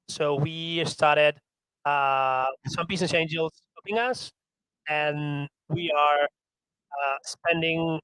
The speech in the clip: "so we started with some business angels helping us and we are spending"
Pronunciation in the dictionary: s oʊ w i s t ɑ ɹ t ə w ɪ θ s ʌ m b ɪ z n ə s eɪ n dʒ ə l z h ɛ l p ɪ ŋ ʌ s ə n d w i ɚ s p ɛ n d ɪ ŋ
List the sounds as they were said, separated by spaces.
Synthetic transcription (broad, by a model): s oʊ w i s t ɑ ɹ t ə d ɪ s ʌ m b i s n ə s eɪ n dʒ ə l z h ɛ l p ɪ ŋ ʌ s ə n w i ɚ s p ɛ n d ɪ ŋ